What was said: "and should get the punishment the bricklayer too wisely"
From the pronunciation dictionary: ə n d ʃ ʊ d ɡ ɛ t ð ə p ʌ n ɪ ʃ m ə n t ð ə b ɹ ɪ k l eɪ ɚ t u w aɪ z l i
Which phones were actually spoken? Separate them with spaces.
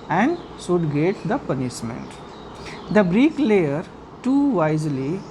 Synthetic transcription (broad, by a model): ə n d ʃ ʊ d ɡ ɛ t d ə p ʌ n ɪ ʃ m ə n t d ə b ɹ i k l eɪ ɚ t u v aɪ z l i